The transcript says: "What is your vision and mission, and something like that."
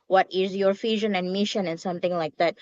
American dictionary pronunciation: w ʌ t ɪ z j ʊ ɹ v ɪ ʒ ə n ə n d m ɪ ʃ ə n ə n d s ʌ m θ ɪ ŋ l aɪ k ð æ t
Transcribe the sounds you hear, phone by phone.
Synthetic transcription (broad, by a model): w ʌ t ɪ z j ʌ ɹ f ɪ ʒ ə n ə n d m ɪ ʃ ə n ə n s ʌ m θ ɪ ŋ l aɪ k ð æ t